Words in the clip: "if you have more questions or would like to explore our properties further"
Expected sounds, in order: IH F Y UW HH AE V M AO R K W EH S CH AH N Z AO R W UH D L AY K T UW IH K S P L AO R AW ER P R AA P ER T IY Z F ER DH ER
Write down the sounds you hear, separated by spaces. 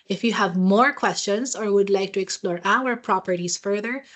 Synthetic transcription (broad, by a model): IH F Y UW HH AE V M AO R K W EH S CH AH N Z AO R W UH D L AY K T UW IH K S P L AO R AW ER P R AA P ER T IY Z F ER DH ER